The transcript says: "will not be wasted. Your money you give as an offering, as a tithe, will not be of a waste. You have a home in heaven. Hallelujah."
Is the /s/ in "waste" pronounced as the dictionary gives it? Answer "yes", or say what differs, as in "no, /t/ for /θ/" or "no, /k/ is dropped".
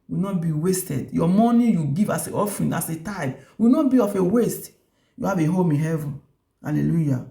yes